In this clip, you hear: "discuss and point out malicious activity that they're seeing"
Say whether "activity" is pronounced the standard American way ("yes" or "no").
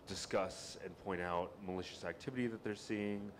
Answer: yes